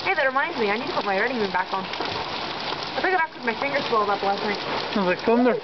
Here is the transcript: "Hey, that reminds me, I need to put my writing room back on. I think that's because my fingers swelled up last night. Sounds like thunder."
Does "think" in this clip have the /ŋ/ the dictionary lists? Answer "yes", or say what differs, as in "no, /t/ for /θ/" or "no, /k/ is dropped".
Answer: no, /ŋ/ is dropped